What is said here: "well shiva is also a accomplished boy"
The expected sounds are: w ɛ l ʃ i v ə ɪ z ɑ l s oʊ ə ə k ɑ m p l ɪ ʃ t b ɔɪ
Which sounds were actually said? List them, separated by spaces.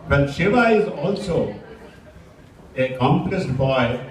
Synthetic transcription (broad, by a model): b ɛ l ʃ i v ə ɪ z ɑ l s oʊ ə k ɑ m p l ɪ s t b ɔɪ